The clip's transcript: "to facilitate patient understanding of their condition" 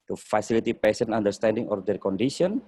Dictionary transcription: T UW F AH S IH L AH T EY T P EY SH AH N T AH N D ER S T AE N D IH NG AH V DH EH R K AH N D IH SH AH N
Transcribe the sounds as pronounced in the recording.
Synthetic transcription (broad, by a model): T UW F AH S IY L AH T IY P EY S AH N AA N D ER S T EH N D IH NG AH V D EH R K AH N D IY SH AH N